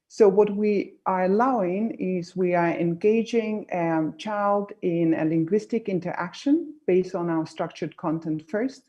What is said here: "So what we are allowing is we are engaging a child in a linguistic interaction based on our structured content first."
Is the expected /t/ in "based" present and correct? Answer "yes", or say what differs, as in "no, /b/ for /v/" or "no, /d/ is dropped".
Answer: yes